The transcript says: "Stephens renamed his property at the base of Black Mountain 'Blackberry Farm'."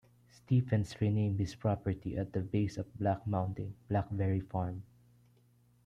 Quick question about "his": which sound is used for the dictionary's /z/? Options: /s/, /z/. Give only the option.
/s/